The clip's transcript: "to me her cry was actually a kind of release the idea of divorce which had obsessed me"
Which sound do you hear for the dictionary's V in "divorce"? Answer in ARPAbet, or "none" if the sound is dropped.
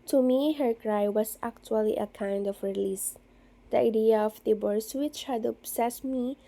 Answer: B